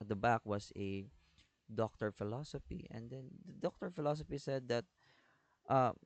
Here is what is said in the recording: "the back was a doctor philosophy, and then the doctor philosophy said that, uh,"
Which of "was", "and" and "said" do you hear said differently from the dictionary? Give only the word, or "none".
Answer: was